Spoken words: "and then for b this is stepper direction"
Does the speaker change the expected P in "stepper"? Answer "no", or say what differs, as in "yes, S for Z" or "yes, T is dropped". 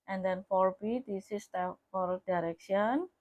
yes, F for P